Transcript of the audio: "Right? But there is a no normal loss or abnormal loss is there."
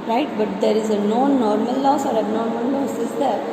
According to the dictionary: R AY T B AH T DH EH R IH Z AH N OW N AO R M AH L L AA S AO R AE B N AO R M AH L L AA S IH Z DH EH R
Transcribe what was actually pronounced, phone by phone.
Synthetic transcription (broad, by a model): R AY T B AH T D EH R IH Z AH N OW N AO R M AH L L AA S AO R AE N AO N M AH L L AA S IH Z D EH R